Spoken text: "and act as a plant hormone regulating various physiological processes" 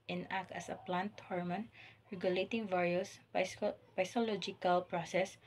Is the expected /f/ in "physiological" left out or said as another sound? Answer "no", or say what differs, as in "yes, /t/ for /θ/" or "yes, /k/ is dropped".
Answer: yes, /p/ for /f/